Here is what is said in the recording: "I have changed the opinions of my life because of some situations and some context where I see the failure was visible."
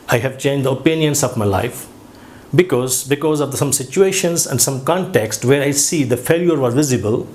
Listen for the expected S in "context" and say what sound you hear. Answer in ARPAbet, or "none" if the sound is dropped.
S